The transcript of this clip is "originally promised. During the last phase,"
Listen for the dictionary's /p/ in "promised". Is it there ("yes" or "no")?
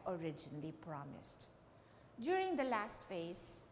yes